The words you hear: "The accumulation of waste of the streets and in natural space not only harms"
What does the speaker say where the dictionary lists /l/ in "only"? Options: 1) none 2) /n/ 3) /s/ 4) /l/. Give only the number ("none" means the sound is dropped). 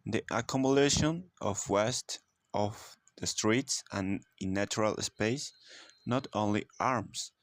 4